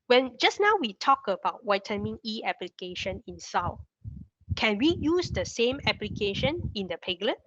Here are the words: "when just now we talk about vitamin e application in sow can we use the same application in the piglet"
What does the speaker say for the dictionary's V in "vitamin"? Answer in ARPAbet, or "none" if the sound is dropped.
W